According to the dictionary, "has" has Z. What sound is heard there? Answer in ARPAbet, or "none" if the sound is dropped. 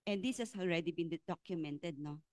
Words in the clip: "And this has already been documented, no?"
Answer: S